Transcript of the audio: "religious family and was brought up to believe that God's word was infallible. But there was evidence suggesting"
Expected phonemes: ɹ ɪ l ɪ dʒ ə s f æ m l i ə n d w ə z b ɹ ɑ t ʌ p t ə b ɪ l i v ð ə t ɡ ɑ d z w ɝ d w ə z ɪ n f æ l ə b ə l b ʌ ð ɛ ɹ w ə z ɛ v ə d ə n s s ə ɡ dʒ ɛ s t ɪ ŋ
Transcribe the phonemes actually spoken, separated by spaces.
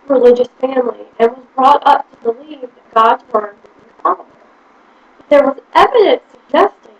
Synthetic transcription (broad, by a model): ɹ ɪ l ɪ dʒ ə s f æ m l i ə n w ə z b ɹ ɑ t ʌ p t ə b ɪ l i v ð ə t ɡ ɑ d z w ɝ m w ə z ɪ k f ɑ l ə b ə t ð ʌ ɹ w ə z ɛ v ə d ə n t s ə ɡ dʒ ɛ s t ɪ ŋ